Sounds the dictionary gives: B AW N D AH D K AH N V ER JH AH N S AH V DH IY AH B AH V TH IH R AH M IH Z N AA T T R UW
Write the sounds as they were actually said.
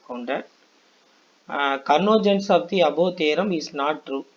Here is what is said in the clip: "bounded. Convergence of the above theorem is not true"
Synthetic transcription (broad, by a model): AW N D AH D K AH N AO JH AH N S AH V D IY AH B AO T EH R AH M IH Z N AA T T R UW